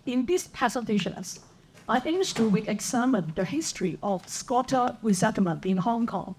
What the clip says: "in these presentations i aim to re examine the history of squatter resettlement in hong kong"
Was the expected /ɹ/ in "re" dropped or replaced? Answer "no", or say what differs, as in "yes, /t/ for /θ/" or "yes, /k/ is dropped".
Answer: yes, /w/ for /ɹ/